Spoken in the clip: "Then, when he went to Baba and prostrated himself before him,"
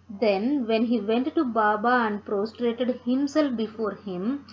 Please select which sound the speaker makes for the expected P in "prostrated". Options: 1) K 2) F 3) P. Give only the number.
3